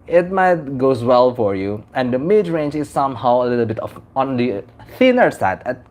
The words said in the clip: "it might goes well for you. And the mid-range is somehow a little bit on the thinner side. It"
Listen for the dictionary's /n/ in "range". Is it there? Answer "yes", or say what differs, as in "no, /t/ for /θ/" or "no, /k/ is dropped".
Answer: yes